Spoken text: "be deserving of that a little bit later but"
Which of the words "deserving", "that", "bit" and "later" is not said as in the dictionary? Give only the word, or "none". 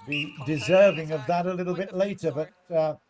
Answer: none